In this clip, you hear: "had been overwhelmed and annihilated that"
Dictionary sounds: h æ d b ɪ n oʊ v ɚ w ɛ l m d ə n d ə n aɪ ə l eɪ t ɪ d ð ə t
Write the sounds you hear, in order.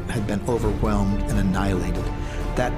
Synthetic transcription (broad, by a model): h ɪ d b ɪ n oʊ v ɚ w ɛ l m d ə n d ə n aɪ ə l eɪ t ɪ d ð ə t